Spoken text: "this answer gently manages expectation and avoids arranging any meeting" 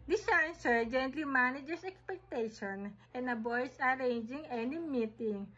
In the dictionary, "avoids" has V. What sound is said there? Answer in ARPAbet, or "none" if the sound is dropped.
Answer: B